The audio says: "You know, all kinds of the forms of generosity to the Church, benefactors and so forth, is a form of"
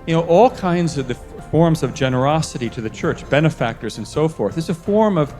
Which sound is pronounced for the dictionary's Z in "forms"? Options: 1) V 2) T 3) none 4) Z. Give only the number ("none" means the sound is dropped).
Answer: 4